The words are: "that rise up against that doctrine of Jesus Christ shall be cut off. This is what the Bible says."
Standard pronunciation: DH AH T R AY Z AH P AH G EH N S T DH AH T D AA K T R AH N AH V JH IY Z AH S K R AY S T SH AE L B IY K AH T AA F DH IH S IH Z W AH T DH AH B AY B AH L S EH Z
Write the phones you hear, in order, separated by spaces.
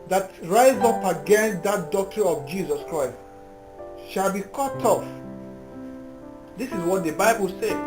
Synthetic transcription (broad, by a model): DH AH T R AY Z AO P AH G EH N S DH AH T D AA K T R AH N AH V JH IY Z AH S K R AY S T SH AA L B IY K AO T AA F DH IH S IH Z W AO T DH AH B AY B AH L S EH